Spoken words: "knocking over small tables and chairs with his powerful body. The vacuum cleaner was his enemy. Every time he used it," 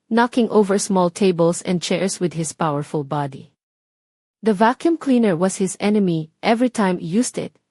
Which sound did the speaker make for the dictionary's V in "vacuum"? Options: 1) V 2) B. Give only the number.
1